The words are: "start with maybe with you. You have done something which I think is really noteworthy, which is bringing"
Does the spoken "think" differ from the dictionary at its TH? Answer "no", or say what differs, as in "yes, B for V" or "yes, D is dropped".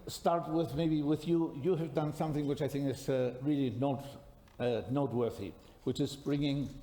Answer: no